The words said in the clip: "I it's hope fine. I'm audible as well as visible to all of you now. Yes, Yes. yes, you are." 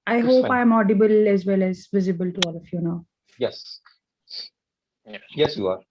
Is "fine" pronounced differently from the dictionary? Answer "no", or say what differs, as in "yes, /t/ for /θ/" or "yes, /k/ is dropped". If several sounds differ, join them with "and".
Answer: yes, /n/ is dropped